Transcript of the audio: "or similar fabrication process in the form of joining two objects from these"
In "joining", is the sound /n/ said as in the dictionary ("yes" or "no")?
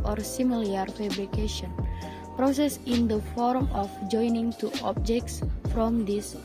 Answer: yes